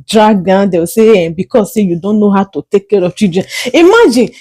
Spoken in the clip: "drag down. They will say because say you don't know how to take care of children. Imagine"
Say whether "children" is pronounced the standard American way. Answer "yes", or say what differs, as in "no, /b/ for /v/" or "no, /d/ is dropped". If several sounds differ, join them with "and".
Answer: no, /l/ is dropped